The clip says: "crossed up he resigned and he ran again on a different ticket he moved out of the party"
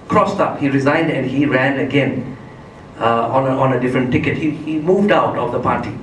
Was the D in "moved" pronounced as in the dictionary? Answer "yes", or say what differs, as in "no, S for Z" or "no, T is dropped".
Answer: yes